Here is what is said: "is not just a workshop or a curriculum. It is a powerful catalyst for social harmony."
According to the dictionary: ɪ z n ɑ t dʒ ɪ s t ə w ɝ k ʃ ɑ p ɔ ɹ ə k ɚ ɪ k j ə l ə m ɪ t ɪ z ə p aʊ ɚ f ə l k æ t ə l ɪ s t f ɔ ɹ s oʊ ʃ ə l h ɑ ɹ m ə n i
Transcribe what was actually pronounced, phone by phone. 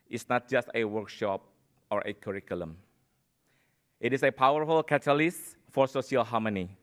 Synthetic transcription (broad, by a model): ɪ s n ɑ t dʒ ɪ s t ə w ɝ k ʃ ɑ p ɔ ɹ ə k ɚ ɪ k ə l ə m ɪ t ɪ s ə p aʊ ɚ f ə l k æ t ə l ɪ s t f ɔ ɹ s oʊ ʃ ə l h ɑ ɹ m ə n i